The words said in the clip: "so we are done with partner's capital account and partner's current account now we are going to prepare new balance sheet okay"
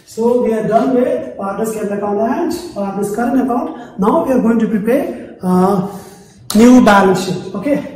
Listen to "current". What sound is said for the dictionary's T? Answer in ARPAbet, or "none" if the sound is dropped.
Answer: none